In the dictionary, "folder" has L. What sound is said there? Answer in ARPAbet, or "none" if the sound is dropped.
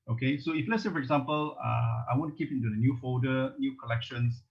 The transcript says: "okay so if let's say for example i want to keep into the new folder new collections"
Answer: none